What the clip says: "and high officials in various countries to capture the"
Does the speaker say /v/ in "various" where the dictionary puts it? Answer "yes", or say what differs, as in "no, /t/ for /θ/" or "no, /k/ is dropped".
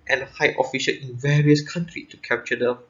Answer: yes